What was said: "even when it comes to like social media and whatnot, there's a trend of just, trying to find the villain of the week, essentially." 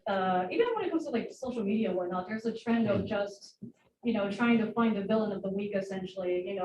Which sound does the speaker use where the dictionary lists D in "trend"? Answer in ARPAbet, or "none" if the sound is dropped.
D